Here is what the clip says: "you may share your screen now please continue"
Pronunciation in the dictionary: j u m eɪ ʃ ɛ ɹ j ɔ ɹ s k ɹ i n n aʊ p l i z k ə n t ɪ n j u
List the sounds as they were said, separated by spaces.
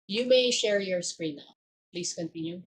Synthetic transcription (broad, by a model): j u m eɪ ʃ ɛ ɹ j ɔ ɹ s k ɹ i n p p l i s k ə n t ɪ n j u